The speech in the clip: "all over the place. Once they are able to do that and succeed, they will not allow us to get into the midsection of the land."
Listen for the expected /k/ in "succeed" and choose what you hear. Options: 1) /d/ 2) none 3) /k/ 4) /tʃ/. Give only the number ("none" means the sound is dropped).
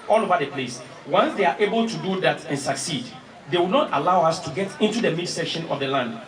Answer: 3